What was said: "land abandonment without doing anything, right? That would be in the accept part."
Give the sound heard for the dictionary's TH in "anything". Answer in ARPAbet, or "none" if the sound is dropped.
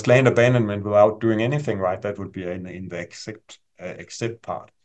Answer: TH